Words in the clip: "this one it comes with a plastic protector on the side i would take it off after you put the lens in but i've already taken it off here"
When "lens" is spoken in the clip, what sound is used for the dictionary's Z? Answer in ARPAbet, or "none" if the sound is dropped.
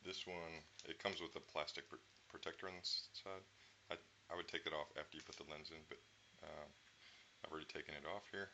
Z